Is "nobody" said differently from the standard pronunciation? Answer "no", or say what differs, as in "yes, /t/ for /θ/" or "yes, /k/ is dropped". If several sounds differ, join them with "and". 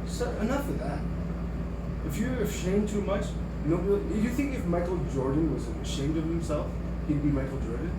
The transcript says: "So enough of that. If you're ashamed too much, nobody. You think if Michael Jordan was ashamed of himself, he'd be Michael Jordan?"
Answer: yes, /b/ is dropped